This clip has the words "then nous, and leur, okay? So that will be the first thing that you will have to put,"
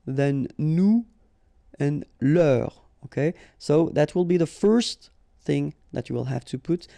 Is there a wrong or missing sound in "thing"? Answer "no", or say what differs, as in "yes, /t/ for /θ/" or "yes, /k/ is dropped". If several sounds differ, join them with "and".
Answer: no